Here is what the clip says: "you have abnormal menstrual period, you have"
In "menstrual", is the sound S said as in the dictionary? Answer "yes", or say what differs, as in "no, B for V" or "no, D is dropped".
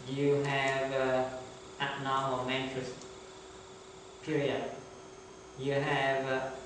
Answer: no, S is dropped